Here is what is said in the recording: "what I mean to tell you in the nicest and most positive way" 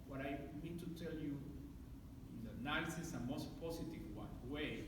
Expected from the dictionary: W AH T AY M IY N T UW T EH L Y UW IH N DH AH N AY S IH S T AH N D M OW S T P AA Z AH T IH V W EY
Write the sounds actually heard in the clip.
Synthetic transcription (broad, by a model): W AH T AY M IY N T UW T EH L Y UW IH N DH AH N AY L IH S AH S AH M OW S T P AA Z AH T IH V W EY